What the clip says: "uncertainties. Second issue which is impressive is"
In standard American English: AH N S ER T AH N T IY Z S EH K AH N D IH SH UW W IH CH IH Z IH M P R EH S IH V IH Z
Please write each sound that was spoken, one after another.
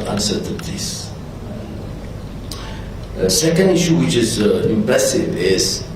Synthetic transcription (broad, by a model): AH N S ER T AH N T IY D S EH K AH N D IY SH UW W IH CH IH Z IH M P L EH S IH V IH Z